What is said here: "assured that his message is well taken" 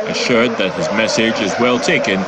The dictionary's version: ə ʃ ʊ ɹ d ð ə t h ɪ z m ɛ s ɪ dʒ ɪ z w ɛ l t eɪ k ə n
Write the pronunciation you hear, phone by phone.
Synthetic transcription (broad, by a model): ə ʃ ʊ ɹ d ð ə t h ɪ z m ɛ s ɪ dʒ ɪ z w ɛ l t eɪ k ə n